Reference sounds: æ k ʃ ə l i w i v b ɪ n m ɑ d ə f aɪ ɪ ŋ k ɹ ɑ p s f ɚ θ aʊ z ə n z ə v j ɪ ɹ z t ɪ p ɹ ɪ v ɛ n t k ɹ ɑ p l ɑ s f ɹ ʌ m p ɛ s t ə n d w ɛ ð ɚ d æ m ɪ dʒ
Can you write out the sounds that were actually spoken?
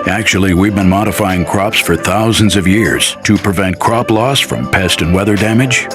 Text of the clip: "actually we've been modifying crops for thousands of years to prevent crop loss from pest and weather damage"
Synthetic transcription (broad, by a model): æ k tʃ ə l i w i v b ɪ n m ɑ d ə f aɪ ɪ ŋ k ɹ ɑ p s f ɚ θ aʊ z ə n z ə v j ɪ ɹ z t ɪ p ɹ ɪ v ɛ n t k ɹ ɑ p l ɑ s f ɹ ʌ m p ɛ s t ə n w ɛ ð ɚ d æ m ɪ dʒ